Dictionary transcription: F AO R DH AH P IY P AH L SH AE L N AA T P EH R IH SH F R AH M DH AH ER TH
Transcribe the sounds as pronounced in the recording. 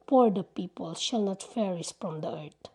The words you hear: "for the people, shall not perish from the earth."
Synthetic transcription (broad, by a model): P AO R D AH P IY P AH L SH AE L N AA T F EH R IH S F R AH M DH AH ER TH